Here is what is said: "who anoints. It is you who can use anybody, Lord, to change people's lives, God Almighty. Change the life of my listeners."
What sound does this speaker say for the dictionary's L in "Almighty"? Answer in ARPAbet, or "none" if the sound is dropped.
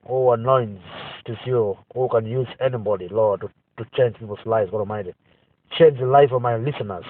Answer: none